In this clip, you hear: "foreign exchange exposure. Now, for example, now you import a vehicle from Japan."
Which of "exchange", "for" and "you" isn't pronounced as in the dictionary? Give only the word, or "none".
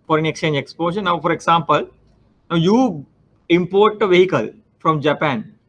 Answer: none